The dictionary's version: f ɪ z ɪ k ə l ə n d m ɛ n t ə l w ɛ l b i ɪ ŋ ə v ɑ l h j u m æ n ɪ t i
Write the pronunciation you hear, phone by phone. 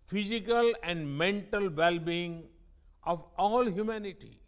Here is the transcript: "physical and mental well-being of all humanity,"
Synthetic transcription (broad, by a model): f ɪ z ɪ k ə l ə n d m ɛ n t ə l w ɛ l b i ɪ ŋ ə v ɑ l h j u m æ n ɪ t i